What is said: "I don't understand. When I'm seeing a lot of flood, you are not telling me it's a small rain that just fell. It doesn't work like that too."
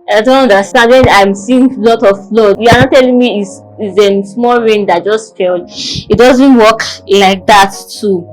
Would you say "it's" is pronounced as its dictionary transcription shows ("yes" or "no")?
no